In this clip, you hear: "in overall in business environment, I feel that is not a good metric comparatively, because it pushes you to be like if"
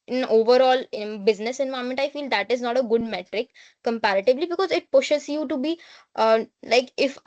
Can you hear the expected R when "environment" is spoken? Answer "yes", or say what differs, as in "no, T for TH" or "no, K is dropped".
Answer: no, R is dropped